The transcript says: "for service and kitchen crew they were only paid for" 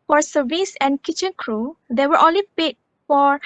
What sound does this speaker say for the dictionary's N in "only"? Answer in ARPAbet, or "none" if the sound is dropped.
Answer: none